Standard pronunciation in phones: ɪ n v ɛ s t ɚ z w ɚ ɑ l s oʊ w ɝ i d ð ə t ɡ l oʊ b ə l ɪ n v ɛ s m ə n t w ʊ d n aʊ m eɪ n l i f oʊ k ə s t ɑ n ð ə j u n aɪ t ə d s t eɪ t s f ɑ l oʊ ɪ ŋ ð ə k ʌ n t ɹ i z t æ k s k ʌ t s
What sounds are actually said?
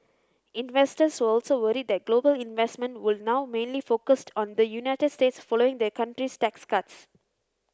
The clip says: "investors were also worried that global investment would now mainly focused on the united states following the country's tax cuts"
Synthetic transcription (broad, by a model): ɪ n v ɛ s t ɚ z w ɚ ɑ l s oʊ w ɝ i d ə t ɡ l oʊ b ə l ɪ n v ɛ s m ə n t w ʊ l n aʊ m eɪ n l i f oʊ k ə s t ɑ n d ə j u n aɪ t ə d s t eɪ t s f ɑ l oʊ ɪ ŋ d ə k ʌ n t ɹ i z t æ k s k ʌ t s